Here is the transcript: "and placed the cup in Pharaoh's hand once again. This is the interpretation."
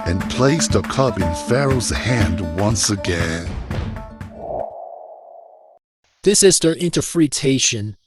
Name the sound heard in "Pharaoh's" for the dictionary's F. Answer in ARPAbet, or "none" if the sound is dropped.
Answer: F